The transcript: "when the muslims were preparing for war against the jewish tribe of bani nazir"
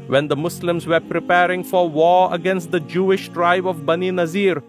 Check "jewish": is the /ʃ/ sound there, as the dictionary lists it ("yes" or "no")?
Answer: yes